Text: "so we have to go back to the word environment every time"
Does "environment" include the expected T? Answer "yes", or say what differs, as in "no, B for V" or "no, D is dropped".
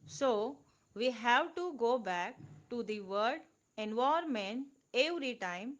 no, T is dropped